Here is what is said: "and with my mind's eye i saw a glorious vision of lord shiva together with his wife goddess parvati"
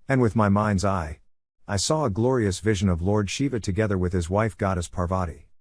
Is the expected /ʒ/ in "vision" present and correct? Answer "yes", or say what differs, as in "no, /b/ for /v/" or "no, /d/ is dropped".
yes